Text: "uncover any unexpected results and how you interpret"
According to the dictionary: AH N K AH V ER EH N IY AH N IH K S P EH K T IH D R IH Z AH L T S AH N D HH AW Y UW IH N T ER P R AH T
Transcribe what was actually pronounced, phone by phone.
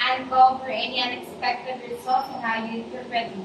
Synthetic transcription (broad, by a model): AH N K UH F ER EH N IY AH N IH K S P EH K T IH D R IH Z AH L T AH HH AW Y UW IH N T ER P R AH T